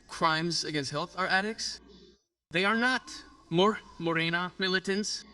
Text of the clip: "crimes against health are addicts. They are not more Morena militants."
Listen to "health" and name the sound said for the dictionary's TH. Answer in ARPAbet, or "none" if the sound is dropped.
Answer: TH